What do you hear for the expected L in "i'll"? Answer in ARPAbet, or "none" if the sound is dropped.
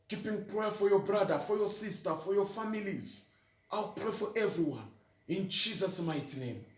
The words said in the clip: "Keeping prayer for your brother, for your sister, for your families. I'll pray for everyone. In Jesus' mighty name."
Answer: L